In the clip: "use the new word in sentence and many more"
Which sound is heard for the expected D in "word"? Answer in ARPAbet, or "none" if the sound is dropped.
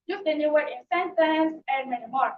none